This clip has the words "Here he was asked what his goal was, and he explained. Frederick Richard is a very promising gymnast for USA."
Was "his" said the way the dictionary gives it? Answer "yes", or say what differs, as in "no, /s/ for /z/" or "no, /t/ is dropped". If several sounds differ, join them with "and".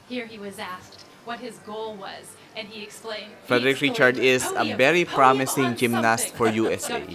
yes